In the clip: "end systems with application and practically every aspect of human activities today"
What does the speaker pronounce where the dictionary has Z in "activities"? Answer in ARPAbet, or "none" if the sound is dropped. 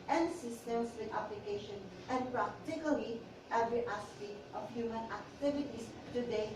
S